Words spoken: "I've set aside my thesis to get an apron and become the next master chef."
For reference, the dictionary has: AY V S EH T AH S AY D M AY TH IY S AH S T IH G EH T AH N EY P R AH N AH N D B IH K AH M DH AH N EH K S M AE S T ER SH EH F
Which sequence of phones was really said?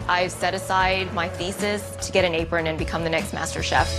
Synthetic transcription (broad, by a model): AY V S EH T AH S AY D M AY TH IY S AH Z T IH G EH T AH N EY P R AH N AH N B IH K AH M DH AH N EH K S M AE S T ER SH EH F